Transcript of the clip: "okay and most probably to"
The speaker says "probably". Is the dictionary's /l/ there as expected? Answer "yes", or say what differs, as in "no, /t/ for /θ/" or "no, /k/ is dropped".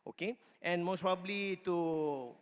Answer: yes